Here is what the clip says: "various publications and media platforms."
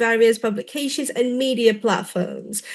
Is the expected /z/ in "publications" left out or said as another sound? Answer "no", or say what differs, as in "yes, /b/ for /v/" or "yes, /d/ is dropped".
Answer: no